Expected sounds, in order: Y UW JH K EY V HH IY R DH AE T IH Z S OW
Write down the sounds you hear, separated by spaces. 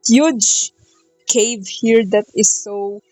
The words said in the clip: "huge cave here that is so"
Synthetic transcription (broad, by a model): Y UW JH K EY V HH IY R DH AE T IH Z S OW